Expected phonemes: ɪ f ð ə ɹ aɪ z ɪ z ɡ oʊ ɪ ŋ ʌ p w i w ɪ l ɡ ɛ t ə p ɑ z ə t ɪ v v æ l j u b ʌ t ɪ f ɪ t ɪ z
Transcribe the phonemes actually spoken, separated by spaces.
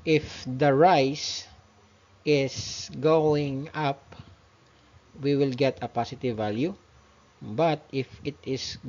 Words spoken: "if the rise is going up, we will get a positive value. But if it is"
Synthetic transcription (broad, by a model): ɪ f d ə ɹ aɪ s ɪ s ɡ oʊ ɪ ŋ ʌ p w i w ɪ l ɡ ɛ t ə p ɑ s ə t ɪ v v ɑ l j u b ʌ t ɪ f ɪ t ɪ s